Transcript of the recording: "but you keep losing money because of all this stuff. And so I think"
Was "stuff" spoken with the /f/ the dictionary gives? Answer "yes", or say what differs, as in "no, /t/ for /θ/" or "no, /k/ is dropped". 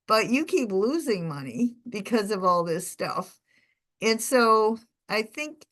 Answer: yes